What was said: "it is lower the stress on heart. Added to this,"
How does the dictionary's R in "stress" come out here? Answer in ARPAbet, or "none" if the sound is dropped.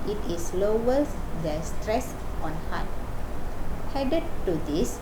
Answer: R